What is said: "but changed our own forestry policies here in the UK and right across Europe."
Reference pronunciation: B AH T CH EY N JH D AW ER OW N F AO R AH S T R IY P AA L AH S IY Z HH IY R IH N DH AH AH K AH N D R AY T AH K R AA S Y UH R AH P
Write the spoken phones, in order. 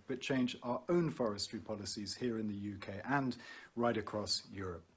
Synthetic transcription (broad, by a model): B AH T CH EY N JH AW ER OW N F AO R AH S T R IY P AA L AH S IY Z HH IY R IH N DH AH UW K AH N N R AY T AH K R AA S Y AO R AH P